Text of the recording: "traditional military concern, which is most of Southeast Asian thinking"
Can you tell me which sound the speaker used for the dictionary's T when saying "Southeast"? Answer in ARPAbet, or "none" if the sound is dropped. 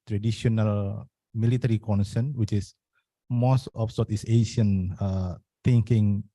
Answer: none